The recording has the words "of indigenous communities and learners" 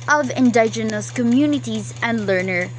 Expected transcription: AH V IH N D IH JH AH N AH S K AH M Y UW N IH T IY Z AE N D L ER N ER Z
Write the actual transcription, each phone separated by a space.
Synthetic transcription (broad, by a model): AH V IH N D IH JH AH N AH S K AH M Y UW N IH T IY Z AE N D L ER N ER